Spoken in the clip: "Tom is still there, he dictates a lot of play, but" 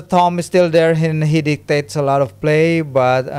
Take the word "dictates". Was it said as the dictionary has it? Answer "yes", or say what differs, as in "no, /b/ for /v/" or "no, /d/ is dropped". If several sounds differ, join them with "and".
yes